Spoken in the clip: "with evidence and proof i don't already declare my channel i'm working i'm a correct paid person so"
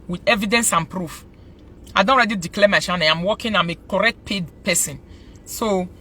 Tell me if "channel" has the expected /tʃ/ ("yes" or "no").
no